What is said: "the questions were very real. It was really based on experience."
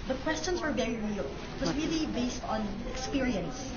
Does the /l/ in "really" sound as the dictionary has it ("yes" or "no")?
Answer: yes